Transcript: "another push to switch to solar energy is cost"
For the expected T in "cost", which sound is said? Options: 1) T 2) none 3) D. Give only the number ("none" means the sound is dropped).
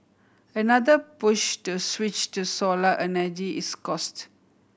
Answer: 1